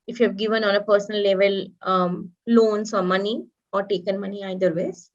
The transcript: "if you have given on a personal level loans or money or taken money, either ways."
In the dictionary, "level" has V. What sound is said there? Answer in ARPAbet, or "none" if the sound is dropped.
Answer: V